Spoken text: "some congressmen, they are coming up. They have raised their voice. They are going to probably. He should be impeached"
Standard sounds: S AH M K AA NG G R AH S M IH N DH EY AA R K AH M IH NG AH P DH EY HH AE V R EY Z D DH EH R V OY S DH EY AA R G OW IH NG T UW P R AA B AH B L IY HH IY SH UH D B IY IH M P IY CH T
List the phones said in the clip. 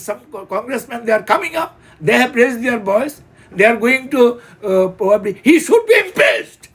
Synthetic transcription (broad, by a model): S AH M K AA NG G R AH S M IH N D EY AA R K AH M IH NG AH P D EY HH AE P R EY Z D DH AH R B OY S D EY AA R G OW IH NG T UW P R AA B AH B L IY HH IY SH UH D B IY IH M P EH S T